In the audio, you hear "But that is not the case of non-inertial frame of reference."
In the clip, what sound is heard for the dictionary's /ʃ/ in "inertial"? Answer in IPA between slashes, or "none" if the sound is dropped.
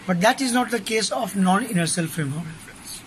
/s/